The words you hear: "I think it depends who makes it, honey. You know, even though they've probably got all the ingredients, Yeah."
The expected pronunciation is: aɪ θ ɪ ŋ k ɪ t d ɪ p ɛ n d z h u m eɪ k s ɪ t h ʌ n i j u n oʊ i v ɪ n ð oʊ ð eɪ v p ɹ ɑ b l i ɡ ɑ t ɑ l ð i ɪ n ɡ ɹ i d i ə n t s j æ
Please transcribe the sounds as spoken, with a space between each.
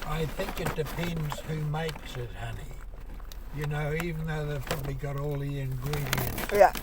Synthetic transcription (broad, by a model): aɪ θ ɪ ŋ k ɪ t d ɪ p ɛ n d z h u m eɪ k s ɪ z h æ n i j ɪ n oʊ i v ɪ n ð oʊ ð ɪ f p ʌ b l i ɡ ɑ t ɑ l ð i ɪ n ɡ ɹ i d i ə n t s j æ